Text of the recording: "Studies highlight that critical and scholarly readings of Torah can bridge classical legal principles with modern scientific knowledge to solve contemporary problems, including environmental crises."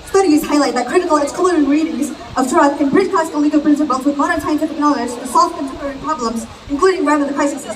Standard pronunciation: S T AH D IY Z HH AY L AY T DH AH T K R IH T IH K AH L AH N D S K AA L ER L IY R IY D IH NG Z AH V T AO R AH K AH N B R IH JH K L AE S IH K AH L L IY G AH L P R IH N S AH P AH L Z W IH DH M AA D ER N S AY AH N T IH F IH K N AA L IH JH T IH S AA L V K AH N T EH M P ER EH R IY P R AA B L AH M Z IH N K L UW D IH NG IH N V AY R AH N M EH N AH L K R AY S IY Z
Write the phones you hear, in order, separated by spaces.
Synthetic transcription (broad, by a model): S T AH D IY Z HH AY L AY T DH AH T K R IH T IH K L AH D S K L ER IY R IY D IH NG Z AH V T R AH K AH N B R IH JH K AE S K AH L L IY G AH P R IH N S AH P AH L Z W IH DH M AA D ER N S AY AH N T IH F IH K N AA L IH JH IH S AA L F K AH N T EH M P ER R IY P R AA B L AH M Z IH N K L UW D IH NG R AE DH AH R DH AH K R AY S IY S